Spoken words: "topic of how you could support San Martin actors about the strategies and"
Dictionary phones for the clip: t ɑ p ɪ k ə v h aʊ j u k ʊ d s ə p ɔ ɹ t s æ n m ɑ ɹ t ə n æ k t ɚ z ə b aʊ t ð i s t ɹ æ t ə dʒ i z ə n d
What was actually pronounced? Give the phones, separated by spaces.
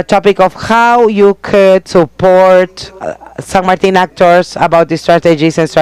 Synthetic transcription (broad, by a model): t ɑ p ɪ k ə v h aʊ j u k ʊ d s ə p ɔ ɹ t s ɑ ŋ m ɑ ɹ t ə n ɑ k t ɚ s ə b aʊ t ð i s t ɹ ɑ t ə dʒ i s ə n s